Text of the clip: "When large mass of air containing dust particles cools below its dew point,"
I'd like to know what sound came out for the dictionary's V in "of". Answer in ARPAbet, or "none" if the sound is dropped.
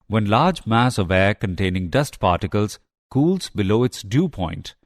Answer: V